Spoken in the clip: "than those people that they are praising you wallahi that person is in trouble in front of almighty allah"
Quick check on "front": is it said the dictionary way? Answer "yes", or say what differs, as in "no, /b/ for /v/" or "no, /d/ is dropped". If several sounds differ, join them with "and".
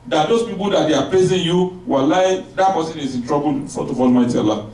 no, /ɹ/ is dropped and /n/ is dropped